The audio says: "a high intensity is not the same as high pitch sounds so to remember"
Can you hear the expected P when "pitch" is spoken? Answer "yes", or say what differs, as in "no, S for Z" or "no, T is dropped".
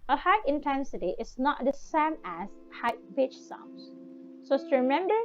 no, B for P